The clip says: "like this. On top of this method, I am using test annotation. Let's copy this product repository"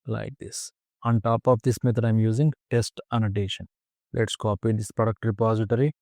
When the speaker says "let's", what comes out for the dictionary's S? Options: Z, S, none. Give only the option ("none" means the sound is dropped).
S